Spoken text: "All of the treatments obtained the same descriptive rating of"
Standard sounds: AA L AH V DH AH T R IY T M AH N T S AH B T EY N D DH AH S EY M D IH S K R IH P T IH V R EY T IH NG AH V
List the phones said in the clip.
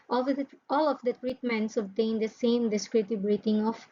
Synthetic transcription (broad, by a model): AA L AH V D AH T R IY T M AH N T S AH B T EY N D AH S EY M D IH S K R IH T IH B R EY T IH NG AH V